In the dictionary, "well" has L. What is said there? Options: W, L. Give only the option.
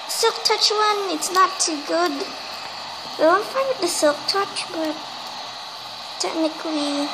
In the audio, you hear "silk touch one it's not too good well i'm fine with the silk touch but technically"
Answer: W